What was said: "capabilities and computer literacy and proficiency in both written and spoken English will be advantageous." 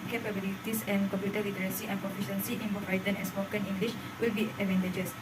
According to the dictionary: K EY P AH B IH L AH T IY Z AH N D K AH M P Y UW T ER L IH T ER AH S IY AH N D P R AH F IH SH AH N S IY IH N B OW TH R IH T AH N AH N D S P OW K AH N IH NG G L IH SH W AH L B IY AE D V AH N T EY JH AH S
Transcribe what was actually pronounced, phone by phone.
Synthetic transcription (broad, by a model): K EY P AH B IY L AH T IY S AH N K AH M P Y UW T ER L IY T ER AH S IY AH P AH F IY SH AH N S IY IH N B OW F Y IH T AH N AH S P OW K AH N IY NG G L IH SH W AH L B IY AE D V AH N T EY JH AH S